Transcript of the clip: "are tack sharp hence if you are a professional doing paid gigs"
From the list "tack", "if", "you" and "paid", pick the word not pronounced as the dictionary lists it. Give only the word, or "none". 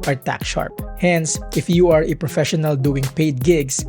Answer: none